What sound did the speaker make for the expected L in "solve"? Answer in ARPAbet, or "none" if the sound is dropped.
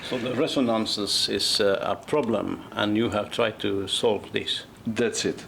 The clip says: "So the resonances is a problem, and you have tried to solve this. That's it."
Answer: L